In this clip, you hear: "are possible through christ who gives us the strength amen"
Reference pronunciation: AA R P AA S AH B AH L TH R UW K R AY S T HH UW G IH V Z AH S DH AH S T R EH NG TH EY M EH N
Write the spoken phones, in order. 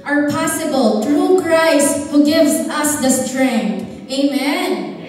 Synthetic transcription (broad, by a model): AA R P AA S AH B AH L T R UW K R AY S T HH UW G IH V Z AH S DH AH S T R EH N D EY M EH N